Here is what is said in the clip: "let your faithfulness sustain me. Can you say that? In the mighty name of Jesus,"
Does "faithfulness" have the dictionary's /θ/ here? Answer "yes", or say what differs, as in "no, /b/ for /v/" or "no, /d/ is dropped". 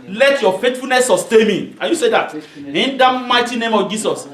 no, /t/ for /θ/